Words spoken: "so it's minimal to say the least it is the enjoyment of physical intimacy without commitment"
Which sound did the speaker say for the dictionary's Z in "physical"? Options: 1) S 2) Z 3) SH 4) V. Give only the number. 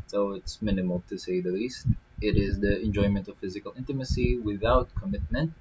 2